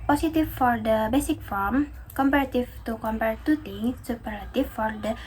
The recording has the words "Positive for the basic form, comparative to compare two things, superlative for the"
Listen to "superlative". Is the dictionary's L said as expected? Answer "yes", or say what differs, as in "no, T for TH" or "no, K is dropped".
no, L is dropped